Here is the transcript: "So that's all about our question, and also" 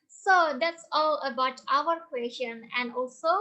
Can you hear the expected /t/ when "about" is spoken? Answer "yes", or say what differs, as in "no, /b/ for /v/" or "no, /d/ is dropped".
yes